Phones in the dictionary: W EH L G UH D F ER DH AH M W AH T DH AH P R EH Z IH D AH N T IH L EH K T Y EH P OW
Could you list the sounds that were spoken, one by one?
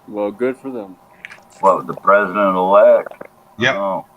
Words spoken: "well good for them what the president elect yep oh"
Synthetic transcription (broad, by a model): W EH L G UH D F ER DH AH M W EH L DH AH P R EH Z IH D AH N T IH L EH K T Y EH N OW